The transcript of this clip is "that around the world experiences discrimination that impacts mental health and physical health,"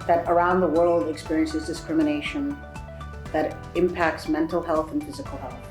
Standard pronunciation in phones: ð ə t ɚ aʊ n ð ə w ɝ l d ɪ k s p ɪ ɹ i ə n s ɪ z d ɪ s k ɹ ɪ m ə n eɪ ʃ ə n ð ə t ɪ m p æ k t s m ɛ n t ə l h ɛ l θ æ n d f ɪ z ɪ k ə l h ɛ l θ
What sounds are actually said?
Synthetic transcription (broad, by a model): ð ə t ɚ aʊ n ð ə w ɝ l d ɪ k s p ɪ ɹ i ə n s ɪ z d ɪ s k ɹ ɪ m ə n eɪ ʃ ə n ð ə t ɪ m p æ k t s m ɛ n t l h ɛ l θ n f ɪ z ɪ k l h ɛ l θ